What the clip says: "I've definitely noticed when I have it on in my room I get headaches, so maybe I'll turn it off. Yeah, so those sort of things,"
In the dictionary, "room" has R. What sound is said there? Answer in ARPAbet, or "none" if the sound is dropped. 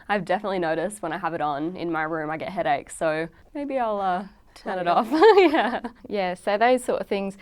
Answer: R